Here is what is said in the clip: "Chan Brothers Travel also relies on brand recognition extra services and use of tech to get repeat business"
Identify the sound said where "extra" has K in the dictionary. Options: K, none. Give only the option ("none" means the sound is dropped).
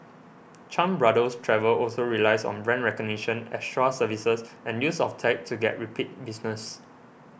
none